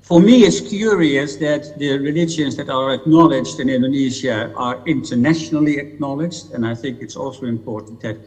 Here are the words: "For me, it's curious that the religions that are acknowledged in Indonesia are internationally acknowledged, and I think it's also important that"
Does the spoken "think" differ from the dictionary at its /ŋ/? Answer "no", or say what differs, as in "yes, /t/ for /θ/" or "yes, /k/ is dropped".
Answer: no